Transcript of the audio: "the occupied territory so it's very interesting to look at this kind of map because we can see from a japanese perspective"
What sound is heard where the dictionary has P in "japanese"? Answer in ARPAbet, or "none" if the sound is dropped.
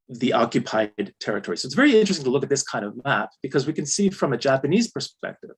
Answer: P